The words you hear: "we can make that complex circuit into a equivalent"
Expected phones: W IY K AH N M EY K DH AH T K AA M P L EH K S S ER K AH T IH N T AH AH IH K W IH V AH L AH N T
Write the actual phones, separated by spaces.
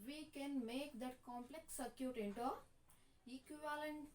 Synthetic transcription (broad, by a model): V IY K AH N M EY K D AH T K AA M P L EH K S S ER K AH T IH N T AH AH K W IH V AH L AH N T